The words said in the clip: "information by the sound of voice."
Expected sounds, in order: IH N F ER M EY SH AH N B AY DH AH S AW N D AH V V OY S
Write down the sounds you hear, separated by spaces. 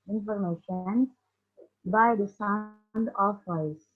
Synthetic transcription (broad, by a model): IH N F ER M EY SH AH N B AY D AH S AW N D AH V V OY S